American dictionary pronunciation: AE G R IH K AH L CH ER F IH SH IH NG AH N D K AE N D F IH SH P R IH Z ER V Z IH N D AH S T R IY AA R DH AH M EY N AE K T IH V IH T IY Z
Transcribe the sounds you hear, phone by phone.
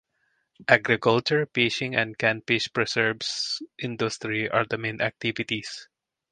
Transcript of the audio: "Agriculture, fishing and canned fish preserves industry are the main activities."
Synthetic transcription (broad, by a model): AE G R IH K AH L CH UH P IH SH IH NG AH N D K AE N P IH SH P R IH S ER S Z IH N D AH S T R IY AA R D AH M EY N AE K T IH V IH T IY S